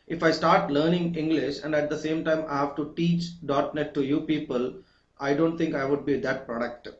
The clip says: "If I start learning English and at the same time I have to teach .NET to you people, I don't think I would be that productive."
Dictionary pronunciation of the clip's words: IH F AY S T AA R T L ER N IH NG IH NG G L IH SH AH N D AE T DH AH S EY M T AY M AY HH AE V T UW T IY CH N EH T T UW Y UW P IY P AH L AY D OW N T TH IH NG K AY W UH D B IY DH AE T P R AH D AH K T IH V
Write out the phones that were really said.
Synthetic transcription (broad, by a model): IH F AY S T AA R T L ER N IH NG IH NG G L IH SH AH N D AE T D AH S EY M T AY M AY HH AE V T UW T IY CH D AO T T UW Y UW P IY P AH L AY D OW N T T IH NG K AY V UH D B IY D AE T P R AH D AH K T